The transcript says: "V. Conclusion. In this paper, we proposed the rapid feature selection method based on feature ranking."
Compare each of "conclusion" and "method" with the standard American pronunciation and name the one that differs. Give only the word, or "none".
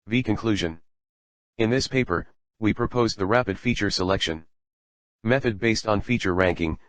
none